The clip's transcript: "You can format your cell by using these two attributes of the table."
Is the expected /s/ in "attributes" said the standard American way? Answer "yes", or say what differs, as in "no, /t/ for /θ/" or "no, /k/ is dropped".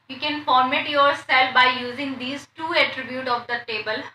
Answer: no, /s/ is dropped